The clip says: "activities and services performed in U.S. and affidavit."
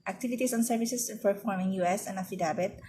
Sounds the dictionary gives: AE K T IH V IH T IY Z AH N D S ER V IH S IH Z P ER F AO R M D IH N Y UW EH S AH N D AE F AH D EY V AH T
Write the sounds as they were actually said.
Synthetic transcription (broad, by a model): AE K T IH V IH T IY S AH N S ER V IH S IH S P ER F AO R M IH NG Y UW EH S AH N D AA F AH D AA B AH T